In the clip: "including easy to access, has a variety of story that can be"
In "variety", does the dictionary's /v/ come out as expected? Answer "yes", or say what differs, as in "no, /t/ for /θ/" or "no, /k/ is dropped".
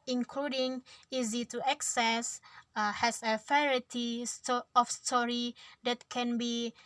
no, /f/ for /v/